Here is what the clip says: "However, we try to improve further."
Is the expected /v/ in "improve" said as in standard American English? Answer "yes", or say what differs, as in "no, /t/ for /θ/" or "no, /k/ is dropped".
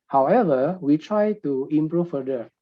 no, /f/ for /v/